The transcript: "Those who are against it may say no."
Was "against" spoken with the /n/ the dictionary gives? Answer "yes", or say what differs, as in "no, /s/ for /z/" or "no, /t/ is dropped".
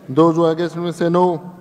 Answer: no, /n/ is dropped